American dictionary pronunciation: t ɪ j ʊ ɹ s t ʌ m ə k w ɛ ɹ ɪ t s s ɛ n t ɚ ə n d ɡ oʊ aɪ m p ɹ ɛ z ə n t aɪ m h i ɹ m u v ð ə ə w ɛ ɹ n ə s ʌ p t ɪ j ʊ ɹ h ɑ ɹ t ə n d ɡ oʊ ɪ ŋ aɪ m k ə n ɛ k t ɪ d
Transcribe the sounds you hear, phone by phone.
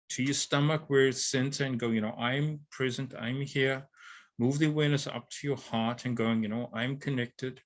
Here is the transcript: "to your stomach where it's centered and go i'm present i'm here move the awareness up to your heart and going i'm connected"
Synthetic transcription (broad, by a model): t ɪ j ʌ ɹ s t ʌ m ə k w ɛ ɹ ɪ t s s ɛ n s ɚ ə n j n oʊ aɪ m p ɹ ɛ z ə n t aɪ m h i ɹ m u v ð ə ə w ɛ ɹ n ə s ʌ p t ɪ j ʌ ɹ h ɑ ɹ t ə n ɡ oʊ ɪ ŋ aɪ m k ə n ɛ k t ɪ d